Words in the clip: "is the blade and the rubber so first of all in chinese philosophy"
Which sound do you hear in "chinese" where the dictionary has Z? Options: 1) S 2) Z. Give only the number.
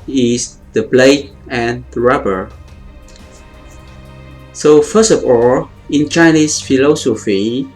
1